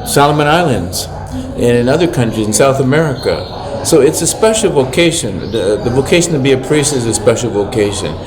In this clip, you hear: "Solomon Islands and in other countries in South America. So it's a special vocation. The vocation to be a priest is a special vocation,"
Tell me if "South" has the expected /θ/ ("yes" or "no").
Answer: yes